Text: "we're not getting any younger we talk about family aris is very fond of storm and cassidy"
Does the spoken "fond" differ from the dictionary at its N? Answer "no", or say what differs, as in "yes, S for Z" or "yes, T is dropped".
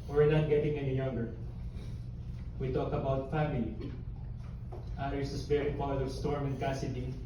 yes, N is dropped